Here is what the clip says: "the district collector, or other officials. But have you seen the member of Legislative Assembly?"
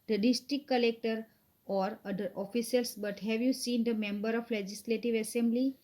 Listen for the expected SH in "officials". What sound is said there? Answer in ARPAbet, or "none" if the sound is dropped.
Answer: S